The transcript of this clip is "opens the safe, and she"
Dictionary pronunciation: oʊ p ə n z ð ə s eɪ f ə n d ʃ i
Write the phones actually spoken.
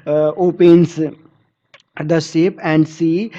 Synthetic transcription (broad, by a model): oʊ p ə n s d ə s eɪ p ə n d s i